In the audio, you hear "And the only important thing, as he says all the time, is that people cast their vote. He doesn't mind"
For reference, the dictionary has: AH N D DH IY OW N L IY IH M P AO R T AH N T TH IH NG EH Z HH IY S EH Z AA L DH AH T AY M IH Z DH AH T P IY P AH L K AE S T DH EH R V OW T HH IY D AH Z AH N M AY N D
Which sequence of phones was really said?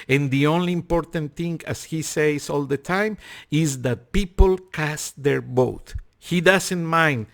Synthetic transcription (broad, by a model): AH N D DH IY OW N L IY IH M P AO R T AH N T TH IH NG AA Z HH IY S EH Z AA L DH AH T AY M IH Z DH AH T P IY P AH L K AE S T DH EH R B OW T HH IY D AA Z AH N M AY N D